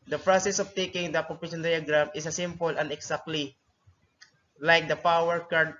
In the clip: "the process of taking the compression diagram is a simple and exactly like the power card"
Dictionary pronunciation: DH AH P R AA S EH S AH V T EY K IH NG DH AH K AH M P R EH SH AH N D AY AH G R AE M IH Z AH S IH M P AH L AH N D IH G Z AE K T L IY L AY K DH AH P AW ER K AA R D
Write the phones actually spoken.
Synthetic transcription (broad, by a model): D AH P R AA S EH S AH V T EY K IH NG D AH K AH P EH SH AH N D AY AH G R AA M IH S AH S IH M P AH L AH N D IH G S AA K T L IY L AY K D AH P AW ER K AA R D